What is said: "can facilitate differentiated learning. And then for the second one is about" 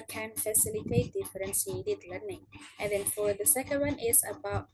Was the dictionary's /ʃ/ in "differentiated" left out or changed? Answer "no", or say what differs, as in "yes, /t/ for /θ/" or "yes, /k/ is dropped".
yes, /s/ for /ʃ/